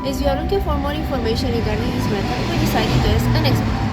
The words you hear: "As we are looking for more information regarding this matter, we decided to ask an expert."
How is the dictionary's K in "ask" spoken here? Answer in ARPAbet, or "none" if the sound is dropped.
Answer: none